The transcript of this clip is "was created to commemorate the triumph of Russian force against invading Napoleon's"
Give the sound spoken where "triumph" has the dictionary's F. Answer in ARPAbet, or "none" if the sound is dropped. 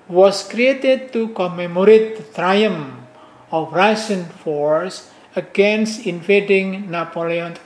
none